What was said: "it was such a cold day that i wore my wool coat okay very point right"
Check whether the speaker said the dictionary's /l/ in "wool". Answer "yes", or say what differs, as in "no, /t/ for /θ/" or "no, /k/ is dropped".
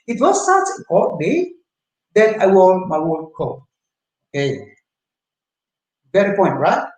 no, /n/ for /l/